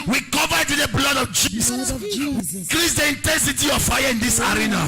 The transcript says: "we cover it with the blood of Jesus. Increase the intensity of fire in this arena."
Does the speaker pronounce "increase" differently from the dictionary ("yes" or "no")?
yes